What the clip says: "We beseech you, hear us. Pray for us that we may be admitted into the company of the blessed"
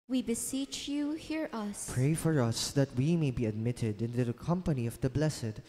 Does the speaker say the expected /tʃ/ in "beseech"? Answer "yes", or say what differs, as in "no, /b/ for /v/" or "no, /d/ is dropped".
yes